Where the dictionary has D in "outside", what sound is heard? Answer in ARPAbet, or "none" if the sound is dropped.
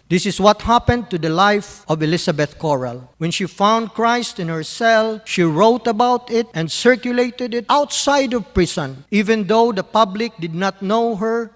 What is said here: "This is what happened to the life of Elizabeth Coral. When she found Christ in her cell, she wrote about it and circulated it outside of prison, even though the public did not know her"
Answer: D